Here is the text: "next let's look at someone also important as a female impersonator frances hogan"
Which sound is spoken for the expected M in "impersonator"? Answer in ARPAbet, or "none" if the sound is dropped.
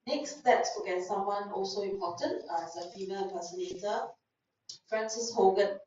none